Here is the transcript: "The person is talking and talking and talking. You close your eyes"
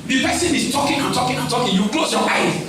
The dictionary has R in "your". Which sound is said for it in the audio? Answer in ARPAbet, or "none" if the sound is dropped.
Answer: L